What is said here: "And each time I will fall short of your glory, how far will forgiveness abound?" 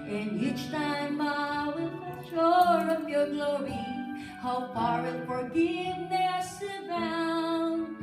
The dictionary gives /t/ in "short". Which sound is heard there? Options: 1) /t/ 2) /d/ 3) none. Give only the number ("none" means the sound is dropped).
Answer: 3